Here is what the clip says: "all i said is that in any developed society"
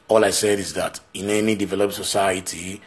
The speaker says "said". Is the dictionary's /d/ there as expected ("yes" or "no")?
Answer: yes